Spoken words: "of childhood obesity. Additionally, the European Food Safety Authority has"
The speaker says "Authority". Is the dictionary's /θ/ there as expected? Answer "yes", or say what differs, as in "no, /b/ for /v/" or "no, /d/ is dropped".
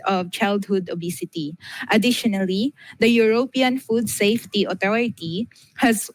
no, /t/ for /θ/